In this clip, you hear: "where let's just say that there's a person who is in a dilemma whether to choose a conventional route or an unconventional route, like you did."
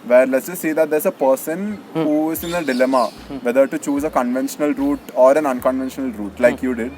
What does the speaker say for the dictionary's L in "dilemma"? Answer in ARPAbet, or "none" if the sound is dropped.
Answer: L